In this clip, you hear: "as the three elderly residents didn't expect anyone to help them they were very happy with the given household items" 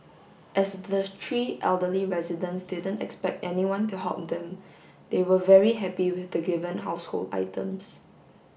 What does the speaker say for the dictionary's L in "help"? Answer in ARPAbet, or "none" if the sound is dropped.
none